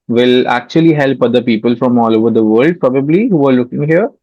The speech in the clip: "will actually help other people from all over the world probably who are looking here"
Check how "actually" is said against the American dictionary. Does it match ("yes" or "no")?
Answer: yes